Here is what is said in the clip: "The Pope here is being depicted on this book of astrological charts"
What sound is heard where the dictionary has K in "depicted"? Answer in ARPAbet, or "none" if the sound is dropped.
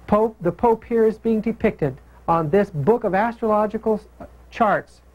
K